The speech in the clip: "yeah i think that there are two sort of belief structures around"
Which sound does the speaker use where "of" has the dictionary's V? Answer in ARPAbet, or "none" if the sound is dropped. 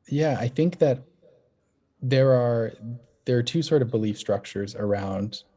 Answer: V